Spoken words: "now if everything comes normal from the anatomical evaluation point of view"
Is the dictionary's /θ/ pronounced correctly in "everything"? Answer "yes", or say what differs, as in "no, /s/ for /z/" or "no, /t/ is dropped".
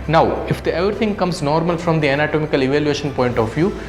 no, /t/ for /θ/